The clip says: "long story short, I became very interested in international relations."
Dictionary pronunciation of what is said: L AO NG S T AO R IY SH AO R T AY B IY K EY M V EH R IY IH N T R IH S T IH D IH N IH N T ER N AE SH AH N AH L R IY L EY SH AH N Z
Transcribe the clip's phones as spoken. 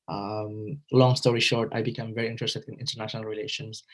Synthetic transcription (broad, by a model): L AO NG S T AO R IY SH AO R T AY B IY K EY M V EH R IY IH N T R IH S T IH D IH N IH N T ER N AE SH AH N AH L R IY L EY SH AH N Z